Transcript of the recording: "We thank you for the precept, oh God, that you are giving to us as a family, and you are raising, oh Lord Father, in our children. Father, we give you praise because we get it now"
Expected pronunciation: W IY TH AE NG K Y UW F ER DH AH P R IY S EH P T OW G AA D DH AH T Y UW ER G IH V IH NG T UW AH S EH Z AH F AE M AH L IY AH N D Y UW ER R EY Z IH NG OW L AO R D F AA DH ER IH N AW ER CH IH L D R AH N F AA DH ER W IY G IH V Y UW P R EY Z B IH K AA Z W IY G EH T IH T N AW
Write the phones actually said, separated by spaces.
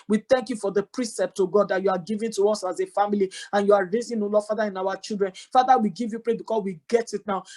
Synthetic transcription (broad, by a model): W IY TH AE NG K Y UW F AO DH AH P R IY S EH P T OW G AA D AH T Y UW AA G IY V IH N T UW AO S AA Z AH F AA M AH L IY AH N Y UW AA R EY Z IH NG OW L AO F AA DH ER IH N AW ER CH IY L D R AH N F AA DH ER W IY G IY V Y UW P R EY B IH K AA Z W IY G EH T IH T N AW